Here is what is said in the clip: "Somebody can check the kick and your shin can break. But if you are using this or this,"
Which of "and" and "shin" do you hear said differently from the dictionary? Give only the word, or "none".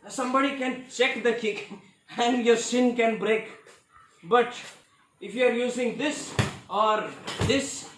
shin